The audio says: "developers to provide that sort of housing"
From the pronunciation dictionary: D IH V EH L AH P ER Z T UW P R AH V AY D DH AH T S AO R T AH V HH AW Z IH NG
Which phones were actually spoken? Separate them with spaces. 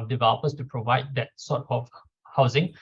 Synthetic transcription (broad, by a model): D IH V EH L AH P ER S T UW P R AH V AY D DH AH T S AO T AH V HH AW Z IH NG